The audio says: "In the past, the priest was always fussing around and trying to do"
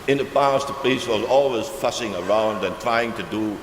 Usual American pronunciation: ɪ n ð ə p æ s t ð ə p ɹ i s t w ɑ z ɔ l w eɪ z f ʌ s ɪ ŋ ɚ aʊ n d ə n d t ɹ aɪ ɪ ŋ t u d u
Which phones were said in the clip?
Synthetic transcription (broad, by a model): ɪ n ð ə p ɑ s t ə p l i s w ɑ z ɔ l w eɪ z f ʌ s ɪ ŋ ɚ aʊ n d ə n t ɹ aɪ ɪ ŋ t u d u